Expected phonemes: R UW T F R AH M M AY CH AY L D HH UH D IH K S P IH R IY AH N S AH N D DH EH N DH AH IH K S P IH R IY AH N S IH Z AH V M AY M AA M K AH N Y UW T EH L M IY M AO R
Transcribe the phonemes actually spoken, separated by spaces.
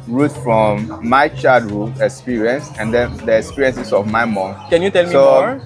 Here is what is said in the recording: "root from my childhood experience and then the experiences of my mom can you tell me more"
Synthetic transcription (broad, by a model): R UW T F R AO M M AY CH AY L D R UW IH K S P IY R IY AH N S AH N D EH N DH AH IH K S P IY R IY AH N S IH S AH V M AY M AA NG K AH N Y UW T EH L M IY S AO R